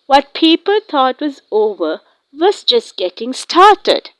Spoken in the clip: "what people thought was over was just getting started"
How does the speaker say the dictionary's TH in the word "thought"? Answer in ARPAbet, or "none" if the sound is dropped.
T